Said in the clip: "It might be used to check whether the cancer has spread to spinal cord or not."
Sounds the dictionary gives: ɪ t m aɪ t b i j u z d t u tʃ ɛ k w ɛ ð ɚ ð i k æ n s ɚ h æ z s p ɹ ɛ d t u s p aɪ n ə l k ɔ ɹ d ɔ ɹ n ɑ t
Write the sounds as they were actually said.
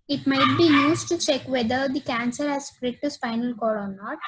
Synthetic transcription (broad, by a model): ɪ t m aɪ t b i j u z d t u tʃ ɛ k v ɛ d ɚ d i k æ n s ɚ h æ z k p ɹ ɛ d t u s f aɪ n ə l k ɔ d ɔ ɹ n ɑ t